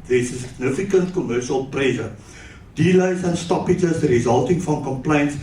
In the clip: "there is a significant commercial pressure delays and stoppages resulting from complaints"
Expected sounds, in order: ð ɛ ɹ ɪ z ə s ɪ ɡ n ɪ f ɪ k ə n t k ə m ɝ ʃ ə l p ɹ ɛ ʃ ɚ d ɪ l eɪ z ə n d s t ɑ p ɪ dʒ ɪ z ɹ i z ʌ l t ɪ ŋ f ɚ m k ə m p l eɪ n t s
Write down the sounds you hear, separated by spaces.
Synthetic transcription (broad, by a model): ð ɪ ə s ɪ ɡ n ɪ f ɪ k ə n t k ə m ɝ ʃ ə l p ɹ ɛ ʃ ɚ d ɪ l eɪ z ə n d s t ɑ p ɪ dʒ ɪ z ɹ i z ʌ l t ɪ ŋ f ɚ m k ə m p l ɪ n t s